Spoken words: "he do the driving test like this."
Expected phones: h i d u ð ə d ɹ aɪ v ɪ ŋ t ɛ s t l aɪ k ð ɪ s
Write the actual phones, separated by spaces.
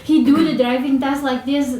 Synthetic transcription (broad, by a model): h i d u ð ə d ɹ aɪ v ɪ ŋ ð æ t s l aɪ k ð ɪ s